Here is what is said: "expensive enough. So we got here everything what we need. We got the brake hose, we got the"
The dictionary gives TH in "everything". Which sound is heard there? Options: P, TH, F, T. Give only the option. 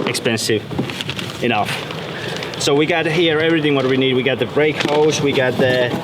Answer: TH